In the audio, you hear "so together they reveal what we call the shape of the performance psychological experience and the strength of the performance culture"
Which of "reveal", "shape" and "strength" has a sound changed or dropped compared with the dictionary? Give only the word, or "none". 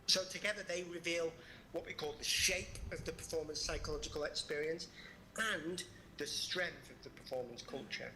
none